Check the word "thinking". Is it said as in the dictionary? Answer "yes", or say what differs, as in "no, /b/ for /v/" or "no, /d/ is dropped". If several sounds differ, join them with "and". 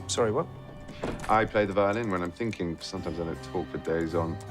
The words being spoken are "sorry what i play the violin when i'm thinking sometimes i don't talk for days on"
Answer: yes